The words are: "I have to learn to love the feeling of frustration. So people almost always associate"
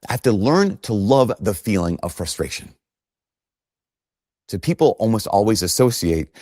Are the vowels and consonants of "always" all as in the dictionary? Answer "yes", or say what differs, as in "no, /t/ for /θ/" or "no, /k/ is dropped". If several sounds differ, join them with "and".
yes